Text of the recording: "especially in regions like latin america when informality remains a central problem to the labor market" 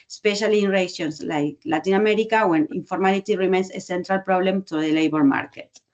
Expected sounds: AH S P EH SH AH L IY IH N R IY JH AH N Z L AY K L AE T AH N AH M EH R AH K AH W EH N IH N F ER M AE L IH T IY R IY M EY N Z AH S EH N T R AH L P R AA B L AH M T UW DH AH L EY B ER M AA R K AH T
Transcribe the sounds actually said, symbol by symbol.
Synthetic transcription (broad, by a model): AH S P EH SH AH L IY N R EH SH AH N S L AY K L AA T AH N AH M EH R AH K AH W EH N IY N F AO M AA L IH T IY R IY M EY N S AH S EH N T R AH L P R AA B L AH M T UW DH AH L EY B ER M AA R K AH T